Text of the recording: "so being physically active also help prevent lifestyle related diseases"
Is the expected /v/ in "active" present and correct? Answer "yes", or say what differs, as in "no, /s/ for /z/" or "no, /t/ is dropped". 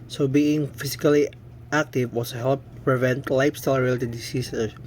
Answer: no, /w/ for /v/